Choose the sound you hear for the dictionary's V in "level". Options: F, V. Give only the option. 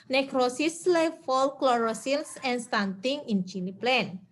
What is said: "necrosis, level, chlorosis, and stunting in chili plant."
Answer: F